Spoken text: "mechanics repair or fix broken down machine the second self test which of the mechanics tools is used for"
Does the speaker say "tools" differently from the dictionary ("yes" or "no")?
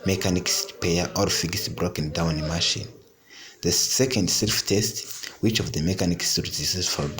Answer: yes